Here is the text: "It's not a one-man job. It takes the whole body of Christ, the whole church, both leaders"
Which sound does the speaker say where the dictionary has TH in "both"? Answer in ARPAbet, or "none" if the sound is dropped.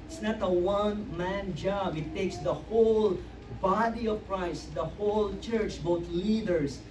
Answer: T